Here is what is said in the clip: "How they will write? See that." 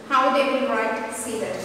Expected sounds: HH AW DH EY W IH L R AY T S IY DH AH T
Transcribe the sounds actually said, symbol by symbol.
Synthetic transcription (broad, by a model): HH AW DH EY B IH N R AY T S IY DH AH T